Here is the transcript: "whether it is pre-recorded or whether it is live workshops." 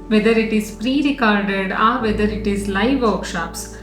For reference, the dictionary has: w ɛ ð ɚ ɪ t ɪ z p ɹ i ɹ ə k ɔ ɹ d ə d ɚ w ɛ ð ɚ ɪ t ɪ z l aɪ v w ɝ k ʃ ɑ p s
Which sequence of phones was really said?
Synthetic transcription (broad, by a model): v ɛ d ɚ ɪ t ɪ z p ɹ i ɹ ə k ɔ ɹ d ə d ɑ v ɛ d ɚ ɪ t ɪ z l aɪ v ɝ k ʃ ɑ p s